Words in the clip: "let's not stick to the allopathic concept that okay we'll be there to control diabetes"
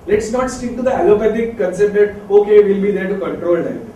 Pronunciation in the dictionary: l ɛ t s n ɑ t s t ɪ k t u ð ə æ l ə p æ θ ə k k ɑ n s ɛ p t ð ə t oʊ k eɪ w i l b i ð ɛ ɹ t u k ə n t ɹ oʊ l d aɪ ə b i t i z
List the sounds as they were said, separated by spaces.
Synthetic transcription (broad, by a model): l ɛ t s n ɑ t s t ɪ k t u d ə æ l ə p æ t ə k k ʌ n s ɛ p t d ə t oʊ k eɪ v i l b i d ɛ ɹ t u k ə n t ɹ oʊ l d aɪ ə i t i